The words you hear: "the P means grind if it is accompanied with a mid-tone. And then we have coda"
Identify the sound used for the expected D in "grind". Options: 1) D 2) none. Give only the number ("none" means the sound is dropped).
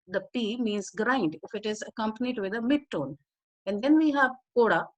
1